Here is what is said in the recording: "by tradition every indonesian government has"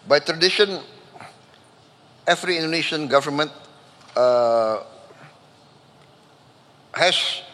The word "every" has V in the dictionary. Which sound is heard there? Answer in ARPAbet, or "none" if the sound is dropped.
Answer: F